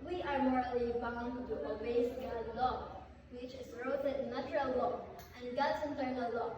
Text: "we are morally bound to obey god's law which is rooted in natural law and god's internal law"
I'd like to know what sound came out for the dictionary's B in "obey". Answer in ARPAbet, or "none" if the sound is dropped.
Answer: none